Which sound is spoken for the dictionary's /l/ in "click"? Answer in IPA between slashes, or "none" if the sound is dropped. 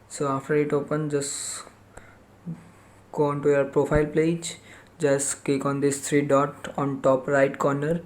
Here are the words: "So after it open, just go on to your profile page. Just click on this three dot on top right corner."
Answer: none